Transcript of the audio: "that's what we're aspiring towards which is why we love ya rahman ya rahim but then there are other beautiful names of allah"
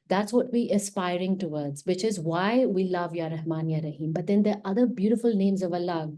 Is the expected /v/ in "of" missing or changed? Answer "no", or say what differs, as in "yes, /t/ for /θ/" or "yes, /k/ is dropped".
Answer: no